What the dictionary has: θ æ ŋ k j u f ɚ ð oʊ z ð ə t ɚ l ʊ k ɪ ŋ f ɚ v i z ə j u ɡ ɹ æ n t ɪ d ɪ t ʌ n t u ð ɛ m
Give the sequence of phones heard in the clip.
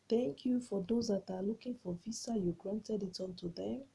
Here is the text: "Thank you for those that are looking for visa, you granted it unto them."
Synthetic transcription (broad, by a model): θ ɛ ŋ k j u f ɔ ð oʊ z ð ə t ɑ l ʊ k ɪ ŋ f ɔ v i s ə j u ɡ ɹ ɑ n t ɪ d ɪ t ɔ n t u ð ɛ m